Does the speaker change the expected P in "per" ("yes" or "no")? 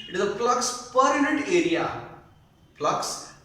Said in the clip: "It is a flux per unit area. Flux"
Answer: no